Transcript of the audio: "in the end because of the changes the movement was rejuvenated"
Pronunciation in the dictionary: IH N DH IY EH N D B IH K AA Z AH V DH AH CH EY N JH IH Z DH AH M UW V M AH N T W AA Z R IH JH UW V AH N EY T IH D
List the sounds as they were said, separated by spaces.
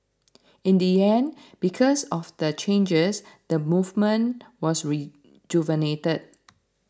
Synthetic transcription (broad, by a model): IH N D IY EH N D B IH K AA S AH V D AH CH EY N JH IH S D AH M UW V M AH N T W AA S R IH JH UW V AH N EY T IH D